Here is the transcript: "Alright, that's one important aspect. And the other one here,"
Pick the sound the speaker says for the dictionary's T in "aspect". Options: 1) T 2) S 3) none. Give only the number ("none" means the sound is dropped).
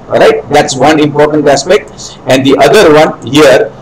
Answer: 1